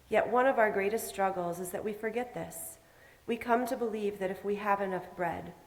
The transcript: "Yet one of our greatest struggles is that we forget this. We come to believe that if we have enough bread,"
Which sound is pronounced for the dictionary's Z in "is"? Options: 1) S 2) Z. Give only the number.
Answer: 2